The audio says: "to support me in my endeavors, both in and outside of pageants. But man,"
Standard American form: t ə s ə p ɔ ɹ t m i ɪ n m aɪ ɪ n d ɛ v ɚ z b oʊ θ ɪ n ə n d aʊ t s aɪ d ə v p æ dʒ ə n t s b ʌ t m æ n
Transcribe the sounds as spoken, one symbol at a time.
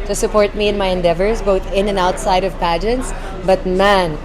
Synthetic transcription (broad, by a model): t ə s ə p ɔ ɹ t m i ɪ n m aɪ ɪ n d ɛ v ɚ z b oʊ θ ɪ n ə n aʊ t s aɪ d ə v p æ dʒ ə n t s b ʌ t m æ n